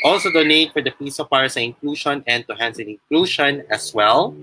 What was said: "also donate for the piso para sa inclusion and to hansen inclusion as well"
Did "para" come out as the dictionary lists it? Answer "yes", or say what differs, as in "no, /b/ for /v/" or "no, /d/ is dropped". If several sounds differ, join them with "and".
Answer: no, /f/ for /p/